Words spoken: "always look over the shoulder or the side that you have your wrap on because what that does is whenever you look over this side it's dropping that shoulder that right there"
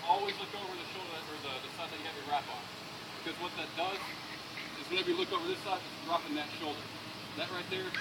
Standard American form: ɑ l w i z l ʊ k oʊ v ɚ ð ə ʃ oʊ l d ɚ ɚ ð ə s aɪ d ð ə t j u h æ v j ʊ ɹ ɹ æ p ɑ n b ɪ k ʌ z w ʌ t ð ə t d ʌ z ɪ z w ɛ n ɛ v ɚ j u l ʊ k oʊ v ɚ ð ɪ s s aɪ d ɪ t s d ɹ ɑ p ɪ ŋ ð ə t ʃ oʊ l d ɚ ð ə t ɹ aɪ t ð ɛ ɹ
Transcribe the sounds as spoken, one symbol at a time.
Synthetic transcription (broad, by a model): ɑ l w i z l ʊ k oʊ v ɚ ð ə ʃ oʊ l d ɚ ɚ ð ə s aɪ d ð ə t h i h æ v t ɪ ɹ ɹ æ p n b ɪ k ʌ z w ʌ t ð ə t d ʌ z ɪ z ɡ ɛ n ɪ b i l ʊ k oʊ v ɚ ð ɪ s s aɪ d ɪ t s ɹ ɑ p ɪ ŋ ð ə t ʃ oʊ l d ɚ ð ə t ɹ aɪ t ð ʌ ɹ